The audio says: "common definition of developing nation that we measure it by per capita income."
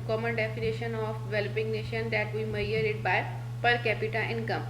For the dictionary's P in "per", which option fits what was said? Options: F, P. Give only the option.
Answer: P